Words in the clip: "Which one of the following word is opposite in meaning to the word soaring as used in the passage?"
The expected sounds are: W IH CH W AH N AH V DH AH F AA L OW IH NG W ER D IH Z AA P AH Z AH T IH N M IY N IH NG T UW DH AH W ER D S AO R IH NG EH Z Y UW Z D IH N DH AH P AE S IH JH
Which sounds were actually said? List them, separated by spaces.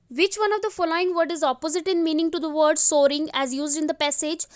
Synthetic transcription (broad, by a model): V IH CH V AH N AH V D AH F AA L OW IH NG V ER D IH Z AA P AH Z AH T IH N M IY N IH NG T UW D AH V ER D S AO R IH NG EH Z Y UW Z D IH N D AH P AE S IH JH